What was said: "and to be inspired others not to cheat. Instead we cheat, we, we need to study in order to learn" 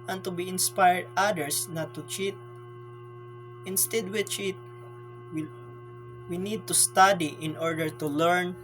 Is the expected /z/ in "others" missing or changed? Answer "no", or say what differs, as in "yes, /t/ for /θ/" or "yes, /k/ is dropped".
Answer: yes, /s/ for /z/